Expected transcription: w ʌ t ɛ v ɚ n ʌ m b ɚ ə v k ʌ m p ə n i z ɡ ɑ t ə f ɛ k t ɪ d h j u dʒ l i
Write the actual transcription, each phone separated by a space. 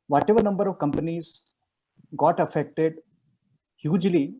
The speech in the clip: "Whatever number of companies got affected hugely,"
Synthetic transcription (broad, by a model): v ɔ t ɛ v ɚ n ʌ m b ɚ ə v k ʌ m p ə n i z ɡ ɑ t ə f ɛ k t ɪ d h j u dʒ l i